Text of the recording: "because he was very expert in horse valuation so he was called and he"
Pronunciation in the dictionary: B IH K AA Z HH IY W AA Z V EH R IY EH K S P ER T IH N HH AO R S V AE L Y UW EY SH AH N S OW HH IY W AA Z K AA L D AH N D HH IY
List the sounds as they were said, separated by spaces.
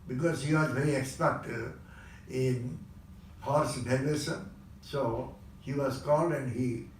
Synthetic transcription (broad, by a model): B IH K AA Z HH IY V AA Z V EH R IY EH K S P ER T IH N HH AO R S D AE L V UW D S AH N S OW HH IY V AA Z K AA L D AH N D HH IY